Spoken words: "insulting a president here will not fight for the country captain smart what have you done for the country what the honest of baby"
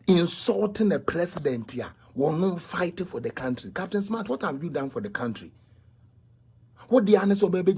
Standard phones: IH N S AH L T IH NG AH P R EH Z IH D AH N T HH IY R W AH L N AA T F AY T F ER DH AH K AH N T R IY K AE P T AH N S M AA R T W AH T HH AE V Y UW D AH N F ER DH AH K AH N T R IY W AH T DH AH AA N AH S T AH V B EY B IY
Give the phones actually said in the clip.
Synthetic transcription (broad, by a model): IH N S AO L T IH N AH P R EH S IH D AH N T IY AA W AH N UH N F AY T F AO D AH K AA N T R IY K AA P T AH N S M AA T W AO T HH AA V Y UW D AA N F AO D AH K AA N T R IY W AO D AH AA N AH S AH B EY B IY